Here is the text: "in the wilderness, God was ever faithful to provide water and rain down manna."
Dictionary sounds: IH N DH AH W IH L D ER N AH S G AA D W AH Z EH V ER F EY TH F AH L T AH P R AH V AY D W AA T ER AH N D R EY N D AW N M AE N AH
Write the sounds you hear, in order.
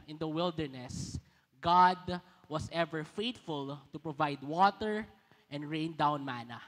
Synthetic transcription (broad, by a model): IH N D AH W IH L D ER N AH S G AA D W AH S EH V ER F EY T F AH L T AH P R AH V AY D W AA T ER AH N D R EY N D AW N M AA N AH